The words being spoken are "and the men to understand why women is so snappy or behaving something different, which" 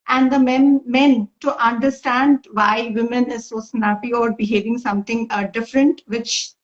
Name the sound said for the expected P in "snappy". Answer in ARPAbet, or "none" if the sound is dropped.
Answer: B